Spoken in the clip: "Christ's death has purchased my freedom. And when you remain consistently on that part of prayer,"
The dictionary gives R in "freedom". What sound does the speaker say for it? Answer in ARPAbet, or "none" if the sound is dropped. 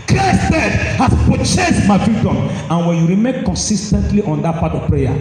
none